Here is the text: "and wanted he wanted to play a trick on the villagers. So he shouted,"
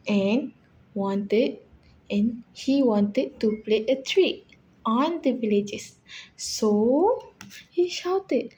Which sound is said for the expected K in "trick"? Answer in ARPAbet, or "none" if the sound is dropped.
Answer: none